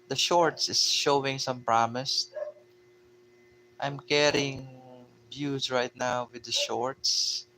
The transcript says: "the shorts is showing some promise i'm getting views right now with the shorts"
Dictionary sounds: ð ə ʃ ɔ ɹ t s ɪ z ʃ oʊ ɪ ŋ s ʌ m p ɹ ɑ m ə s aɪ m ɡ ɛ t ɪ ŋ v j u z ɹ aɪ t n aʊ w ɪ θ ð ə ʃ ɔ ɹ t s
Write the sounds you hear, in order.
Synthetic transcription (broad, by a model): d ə ʃ ɔ ɹ t s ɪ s ʃ oʊ ɪ ŋ s ʌ m p ɹ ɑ m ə s aɪ m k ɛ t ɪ ŋ b j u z ɹ aɪ t n aʊ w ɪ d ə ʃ ɔ ɹ t s